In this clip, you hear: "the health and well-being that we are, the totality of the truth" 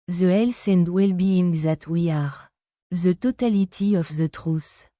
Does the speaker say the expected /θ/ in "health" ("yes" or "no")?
no